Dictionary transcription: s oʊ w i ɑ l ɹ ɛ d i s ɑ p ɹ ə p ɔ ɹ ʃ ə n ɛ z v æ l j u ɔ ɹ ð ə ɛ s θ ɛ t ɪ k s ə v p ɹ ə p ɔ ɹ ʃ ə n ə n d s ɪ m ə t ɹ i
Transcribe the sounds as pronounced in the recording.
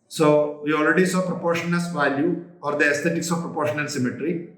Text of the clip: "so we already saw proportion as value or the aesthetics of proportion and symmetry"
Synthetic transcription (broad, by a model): s oʊ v i ɑ l ɹ ɛ d i s ɑ p ɹ ə p ɔ ɹ ʃ ə n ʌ s v æ l j u ɔ ɹ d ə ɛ s t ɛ t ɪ k s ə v p ɹ ə p ɔ ɹ ʃ ə n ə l s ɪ m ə t ɹ i